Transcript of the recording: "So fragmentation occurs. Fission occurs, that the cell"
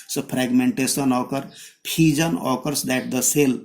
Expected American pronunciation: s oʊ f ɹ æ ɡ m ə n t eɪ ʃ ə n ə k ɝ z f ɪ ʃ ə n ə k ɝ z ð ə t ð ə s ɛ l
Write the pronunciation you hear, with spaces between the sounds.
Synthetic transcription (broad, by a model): s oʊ p ɹ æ ɡ m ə n t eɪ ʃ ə n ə k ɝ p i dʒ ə n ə k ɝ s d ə t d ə s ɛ l